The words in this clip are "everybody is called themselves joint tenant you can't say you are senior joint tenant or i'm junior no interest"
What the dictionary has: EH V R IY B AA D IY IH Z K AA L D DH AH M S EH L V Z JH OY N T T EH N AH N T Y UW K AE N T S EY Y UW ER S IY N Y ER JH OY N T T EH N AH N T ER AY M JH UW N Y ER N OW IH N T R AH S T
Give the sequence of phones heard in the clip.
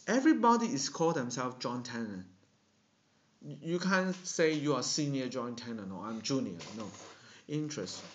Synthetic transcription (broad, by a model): EH V R IY B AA D IY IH S K AA L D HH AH M S EH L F JH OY N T T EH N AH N Y UW K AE N S EY Y UW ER S IY N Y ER JH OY N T T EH N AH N AO AY M JH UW N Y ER N OW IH N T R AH S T